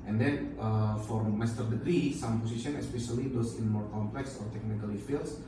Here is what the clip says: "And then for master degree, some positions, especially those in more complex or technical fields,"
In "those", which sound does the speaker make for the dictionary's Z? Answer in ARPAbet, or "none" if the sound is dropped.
S